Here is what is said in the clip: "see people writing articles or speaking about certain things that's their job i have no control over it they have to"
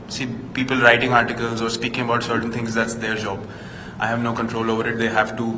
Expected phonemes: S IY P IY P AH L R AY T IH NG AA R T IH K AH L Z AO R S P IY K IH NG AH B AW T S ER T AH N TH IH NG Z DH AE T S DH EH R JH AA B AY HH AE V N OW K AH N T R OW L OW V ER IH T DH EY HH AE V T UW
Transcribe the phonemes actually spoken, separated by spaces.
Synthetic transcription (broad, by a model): S IY P IY P AH L R AY T IH NG AA R T IH K AH L Z AO R S P IY K IH NG AH B AW T S ER T AH N T IH NG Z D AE T S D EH R JH AA B AY HH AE V N OW K AH N T R OW L OW V ER IH T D EY HH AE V T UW